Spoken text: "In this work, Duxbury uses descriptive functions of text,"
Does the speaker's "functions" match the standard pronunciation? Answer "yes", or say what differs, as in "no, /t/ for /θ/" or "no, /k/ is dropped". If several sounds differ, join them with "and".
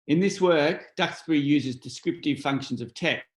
yes